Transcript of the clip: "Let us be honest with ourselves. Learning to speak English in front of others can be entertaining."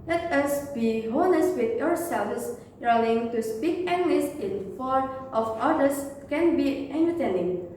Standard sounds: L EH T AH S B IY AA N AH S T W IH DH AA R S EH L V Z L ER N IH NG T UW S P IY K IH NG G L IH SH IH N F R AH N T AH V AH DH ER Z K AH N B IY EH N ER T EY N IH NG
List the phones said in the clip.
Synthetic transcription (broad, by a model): L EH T AH S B IY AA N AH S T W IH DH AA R S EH L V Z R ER L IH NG T UW S P IY K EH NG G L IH S IH N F AO T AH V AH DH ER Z K AH N B IY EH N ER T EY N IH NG